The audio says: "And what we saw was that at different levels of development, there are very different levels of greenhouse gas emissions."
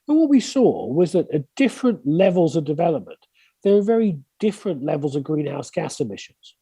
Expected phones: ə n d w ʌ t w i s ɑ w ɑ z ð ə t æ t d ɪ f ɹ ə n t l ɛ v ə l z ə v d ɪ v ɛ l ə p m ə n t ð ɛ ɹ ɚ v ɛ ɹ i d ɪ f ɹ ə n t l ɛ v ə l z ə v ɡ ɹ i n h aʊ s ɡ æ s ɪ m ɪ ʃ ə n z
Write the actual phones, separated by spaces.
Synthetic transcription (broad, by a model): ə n w ʌ t w i s ɑ w ɑ z ð ə t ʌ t d ɪ f ɹ ə n t l ɛ v ə l z ə v d ɪ v ɛ l ə p m ə n t ð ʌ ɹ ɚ v ɛ ɹ i d ɪ f ɹ ə n t l ɛ v ə l z ə v ɡ ɹ i n h aʊ s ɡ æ s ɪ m ɪ ʃ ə n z